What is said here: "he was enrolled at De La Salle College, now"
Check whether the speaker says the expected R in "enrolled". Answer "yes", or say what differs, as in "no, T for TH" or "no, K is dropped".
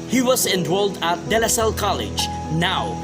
no, W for R